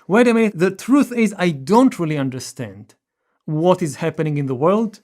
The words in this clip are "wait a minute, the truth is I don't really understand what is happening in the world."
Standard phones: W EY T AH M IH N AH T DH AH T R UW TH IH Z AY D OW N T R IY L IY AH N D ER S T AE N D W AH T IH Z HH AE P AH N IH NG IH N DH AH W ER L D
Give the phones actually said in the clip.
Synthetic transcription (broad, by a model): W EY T AH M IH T DH AH T R UW TH IH Z AY D OW N T R IY L IY AH N D ER S T AE N D W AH T IH Z HH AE P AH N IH NG IH N DH AH W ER L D